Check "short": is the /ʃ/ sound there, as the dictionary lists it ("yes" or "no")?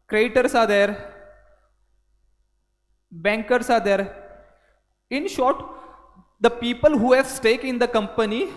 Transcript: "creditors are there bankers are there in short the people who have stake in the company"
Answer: yes